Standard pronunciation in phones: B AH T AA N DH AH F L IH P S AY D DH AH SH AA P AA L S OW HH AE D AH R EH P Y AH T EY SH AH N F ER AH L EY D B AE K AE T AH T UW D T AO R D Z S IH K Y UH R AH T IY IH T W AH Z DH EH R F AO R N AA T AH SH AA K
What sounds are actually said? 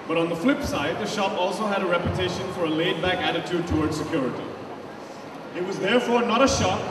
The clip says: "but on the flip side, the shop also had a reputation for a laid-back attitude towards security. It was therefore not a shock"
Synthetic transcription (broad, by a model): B AH T N DH AH F L IH P S AY D DH AH SH AA P AA L S OW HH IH D AH R EH P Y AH T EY SH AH N F ER AH L EY D B AE K AE T AH T UW D T AO R D Z S IH K Y UH R AH T IY IH T W AH Z DH EH R F AO R N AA T AH SH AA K